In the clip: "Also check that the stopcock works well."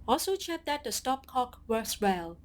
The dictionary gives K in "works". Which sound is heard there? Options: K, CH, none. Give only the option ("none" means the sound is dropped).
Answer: none